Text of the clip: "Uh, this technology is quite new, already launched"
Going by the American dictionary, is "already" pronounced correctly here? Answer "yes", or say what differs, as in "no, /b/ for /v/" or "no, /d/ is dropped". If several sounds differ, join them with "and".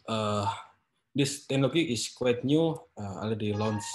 no, /ɹ/ is dropped